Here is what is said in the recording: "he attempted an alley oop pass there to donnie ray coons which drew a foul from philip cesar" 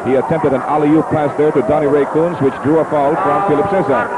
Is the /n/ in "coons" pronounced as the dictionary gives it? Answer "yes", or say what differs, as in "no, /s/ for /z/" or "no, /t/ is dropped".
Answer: yes